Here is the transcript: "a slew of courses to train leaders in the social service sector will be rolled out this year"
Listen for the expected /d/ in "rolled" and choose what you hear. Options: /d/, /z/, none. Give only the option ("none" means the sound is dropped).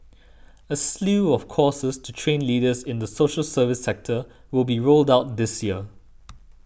/d/